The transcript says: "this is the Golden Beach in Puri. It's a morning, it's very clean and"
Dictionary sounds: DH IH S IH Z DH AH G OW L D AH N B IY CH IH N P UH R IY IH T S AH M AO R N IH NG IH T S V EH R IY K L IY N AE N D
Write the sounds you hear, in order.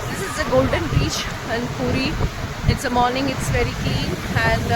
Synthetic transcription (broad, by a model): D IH S IH Z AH G OW L D AH N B IY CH IH N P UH R IY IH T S AH M AO R N IH NG IH T S V EH R IY K L IY N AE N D